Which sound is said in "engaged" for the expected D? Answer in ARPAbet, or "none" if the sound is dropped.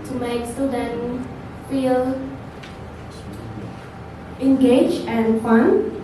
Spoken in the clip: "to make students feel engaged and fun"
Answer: none